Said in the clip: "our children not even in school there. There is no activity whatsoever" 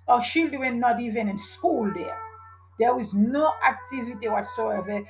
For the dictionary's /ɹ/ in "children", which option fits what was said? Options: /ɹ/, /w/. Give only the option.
/w/